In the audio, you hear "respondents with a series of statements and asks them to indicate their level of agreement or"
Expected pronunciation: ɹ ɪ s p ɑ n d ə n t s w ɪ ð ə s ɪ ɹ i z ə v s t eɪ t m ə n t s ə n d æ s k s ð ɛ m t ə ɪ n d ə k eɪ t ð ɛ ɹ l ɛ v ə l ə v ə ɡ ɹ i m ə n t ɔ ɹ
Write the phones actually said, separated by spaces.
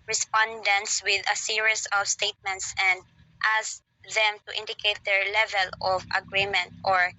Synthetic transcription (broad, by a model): ɹ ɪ s p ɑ n d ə n t s w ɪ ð ə s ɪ ɹ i s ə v s t eɪ t m ə n t s ə n d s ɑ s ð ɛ m t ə ɪ n d ə k eɪ t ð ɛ ɹ l ɛ v ə l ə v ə ɡ ɹ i m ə n t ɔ ɹ